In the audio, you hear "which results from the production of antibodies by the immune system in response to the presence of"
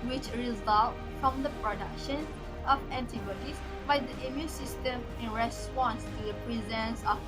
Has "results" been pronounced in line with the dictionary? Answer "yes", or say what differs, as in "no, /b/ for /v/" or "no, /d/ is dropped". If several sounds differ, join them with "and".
no, /s/ is dropped